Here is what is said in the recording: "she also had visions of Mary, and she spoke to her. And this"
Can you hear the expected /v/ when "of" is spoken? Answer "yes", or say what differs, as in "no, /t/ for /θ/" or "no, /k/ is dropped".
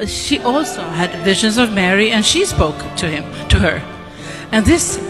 yes